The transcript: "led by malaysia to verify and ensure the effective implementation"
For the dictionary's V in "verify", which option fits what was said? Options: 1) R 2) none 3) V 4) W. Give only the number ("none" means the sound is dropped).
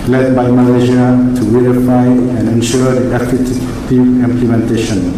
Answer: 4